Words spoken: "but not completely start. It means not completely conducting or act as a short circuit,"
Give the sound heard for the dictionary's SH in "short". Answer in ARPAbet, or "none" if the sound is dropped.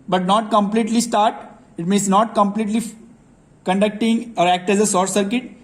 S